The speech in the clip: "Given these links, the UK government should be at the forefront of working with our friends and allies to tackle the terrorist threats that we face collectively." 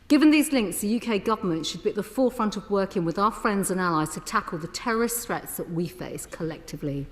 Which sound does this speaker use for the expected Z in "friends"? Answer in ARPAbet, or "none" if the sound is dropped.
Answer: Z